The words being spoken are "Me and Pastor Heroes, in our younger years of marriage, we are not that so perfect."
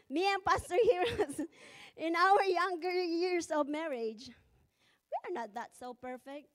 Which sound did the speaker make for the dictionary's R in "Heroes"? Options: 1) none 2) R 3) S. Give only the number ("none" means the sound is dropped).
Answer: 2